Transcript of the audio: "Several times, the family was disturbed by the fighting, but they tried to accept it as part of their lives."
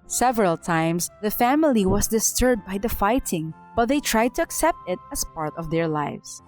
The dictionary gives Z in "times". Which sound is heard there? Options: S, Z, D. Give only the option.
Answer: S